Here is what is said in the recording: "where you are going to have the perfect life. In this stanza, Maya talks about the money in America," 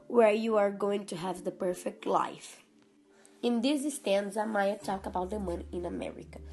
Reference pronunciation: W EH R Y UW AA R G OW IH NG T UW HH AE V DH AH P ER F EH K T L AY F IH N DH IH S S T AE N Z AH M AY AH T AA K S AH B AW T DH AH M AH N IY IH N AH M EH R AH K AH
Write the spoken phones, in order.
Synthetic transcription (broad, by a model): W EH R Y UW AA R G OW IH NG T UW HH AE V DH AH P ER F EH K T L AY F IH N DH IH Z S T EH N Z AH M AY AH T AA K AH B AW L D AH M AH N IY IH N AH M EH R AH K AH